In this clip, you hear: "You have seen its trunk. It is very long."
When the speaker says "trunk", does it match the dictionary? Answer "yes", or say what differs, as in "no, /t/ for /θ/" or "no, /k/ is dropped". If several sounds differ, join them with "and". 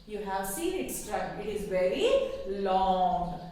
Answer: no, /ŋ/ is dropped